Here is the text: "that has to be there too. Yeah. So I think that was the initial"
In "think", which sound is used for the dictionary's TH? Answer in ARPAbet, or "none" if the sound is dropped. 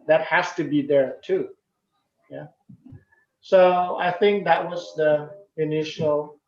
TH